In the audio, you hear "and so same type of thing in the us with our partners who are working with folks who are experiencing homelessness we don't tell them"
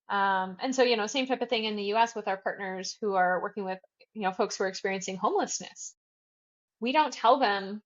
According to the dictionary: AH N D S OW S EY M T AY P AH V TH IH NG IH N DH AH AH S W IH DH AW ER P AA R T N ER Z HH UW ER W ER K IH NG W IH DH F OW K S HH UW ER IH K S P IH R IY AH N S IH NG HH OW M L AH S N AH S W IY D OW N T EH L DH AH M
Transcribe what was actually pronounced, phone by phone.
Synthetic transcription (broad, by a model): AH N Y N OW S EY M T AY P AH V TH IH NG IH N DH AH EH S W IH DH AW ER P AA R T N ER Z HH UW ER W ER K IH NG W IH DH F OW K S HH UW ER IH K S P IH R IY AH N S IH NG HH OW M L AH S N AH S W IY D OW N T EH L DH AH M